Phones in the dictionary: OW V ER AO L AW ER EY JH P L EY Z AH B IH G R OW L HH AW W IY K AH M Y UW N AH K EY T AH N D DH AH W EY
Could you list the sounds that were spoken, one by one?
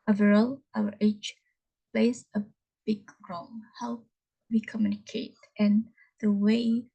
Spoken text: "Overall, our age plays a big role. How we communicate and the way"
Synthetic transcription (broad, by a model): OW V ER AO L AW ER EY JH P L EY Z AH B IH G R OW N HH AW W IY K AH M Y UW N AH K EY T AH N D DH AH W EY